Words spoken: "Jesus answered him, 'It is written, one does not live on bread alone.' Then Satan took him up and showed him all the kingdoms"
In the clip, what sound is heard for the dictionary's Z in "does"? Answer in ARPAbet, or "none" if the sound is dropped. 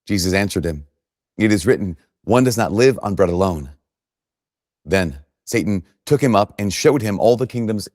Z